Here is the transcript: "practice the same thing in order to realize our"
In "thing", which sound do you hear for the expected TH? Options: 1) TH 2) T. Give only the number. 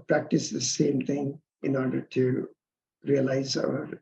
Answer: 2